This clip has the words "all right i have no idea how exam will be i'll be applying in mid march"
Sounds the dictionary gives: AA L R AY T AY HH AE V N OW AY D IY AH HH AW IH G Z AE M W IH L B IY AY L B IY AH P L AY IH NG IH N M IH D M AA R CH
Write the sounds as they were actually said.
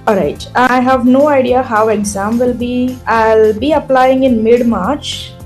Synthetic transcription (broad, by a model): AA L R AY T AY HH AE V N OW AY D IY AH HH AW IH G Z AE M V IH L B IY AY L B IY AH P L AY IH NG IH N M IH D M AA R CH